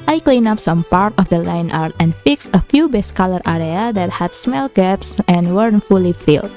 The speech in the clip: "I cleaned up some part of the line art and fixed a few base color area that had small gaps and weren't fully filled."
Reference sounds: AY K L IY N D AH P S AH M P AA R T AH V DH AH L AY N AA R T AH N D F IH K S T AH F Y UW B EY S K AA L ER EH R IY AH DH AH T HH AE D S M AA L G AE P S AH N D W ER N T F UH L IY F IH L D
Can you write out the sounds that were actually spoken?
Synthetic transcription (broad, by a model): AY K L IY N AA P S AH M P AA R T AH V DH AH L AY N AA R T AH N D F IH K S AH F Y UW B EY S K AA L ER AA R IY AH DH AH T HH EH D S M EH L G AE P S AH N W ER N F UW L IY F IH L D